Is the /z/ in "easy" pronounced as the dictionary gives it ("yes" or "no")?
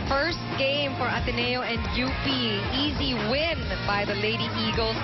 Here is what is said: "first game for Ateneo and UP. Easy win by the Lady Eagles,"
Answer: yes